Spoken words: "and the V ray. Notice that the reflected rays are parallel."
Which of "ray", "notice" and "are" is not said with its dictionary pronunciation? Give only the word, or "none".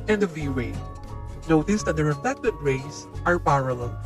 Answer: ray